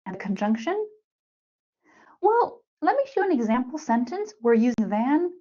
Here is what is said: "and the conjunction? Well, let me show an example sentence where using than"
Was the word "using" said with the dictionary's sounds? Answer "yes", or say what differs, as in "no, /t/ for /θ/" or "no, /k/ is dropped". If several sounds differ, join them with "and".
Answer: yes